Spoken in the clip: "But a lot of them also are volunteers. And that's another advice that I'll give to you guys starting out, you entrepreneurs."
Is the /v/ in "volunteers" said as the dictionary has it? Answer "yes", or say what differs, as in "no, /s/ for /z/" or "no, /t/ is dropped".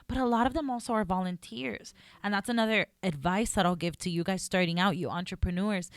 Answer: yes